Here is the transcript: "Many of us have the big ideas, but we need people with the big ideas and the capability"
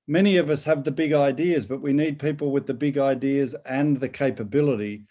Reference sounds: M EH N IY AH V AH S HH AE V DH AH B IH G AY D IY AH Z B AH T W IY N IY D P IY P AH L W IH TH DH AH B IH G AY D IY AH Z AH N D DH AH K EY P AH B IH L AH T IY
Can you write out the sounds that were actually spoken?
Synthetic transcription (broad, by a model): M EH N IY AH V AH S HH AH V DH AH B IH G AY D IY AH Z B AH T W IY N IY D P IY P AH L W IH DH AH B IH G AY D IY AH Z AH N DH AH K EY P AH B IH L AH T IY